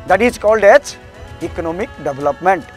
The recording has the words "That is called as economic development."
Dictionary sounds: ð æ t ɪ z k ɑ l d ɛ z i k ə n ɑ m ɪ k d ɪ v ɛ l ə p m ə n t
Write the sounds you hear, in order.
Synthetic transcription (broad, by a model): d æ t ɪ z k ɑ l d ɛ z i k ə n ɑ m ɪ k d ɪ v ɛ l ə p m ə n t